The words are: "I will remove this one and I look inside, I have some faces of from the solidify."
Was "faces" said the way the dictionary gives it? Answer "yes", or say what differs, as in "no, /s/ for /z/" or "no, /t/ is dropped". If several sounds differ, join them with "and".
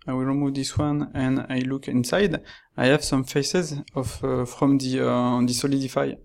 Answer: yes